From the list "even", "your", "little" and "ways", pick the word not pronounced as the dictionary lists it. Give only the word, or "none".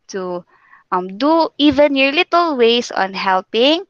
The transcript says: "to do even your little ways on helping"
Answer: ways